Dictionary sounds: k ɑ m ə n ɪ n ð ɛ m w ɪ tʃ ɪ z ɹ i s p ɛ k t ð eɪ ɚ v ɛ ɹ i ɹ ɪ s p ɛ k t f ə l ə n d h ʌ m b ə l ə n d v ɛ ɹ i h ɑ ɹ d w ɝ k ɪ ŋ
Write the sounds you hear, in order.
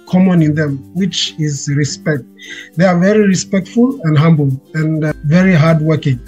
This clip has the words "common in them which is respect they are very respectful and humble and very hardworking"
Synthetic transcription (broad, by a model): k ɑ m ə n ɪ n ð ɛ m w ɪ tʃ ɪ z ɹ i s p ɛ k t ð eɪ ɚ v ɛ ɹ i ɹ ɪ s p ɛ k t f ə l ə n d h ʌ m b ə l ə n v ɛ ɹ i h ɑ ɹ d w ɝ k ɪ ŋ